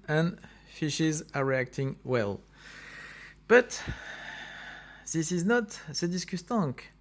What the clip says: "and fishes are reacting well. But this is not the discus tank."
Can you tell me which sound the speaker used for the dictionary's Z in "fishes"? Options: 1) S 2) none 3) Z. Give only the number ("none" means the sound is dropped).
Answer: 3